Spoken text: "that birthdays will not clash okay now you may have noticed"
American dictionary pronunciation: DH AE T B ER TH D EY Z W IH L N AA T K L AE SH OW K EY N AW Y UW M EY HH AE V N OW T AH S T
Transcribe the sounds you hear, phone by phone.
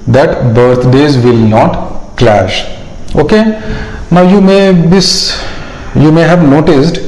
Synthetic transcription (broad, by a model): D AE T B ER T D EY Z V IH L N AA T K L AE SH OW K EY N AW Y UW M EY HH AE V N OW T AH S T